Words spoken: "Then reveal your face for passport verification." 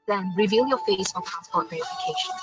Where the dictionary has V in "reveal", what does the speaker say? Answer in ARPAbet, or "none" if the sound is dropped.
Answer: V